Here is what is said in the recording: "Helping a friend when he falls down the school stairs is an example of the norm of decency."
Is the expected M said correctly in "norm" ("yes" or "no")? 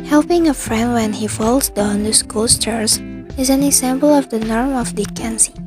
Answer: yes